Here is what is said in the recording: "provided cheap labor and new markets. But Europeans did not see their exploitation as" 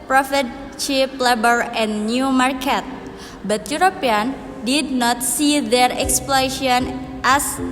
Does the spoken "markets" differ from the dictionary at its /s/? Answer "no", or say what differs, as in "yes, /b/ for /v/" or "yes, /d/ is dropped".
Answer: yes, /s/ is dropped